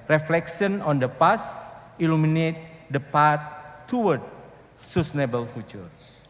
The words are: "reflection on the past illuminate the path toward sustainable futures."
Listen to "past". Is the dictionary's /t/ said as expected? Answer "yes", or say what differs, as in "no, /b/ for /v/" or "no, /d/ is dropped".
no, /t/ is dropped